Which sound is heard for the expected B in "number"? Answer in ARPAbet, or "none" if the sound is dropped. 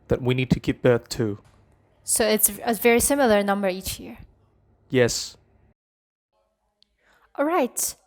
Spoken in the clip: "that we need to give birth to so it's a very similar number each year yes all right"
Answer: B